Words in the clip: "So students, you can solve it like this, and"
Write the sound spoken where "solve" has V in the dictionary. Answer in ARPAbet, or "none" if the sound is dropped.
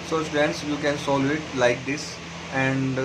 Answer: none